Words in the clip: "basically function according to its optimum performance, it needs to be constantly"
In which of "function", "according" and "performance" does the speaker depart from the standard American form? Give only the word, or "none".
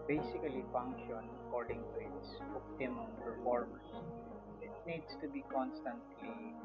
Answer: performance